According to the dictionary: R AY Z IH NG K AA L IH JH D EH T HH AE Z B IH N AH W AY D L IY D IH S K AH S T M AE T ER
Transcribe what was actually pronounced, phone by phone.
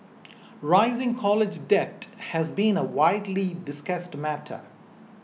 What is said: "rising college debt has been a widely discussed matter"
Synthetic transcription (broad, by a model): R AY Z IH NG K AA L IH JH D EH T HH AE Z B IH N AH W AY D L IY D IH S K AH S T M AE T ER